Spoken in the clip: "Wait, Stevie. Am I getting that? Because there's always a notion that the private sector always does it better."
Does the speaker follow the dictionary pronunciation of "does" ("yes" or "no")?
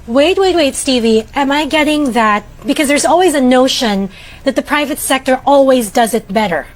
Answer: yes